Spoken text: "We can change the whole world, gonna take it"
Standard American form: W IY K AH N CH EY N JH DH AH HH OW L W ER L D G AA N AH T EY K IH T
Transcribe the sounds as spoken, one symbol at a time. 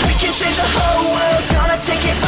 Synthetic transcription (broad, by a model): W IY K AH N S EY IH DH AH HH OW L W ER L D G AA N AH T EY K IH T